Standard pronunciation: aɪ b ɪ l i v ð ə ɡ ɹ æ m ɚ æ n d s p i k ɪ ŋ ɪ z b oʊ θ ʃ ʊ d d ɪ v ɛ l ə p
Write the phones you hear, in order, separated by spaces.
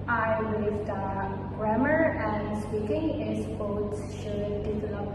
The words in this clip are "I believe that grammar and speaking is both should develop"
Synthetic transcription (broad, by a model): aɪ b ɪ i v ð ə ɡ ɹ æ m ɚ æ n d s p i k ɪ ŋ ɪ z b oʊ s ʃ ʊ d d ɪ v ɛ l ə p